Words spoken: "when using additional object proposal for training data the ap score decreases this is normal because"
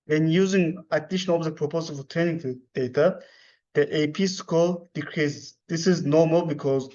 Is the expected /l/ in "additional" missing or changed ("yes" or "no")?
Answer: yes